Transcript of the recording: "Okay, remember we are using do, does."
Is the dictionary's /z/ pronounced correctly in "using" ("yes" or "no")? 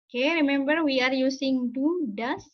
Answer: no